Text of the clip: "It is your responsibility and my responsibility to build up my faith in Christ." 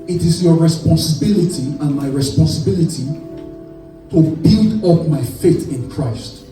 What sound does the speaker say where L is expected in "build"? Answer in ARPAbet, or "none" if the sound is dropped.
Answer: L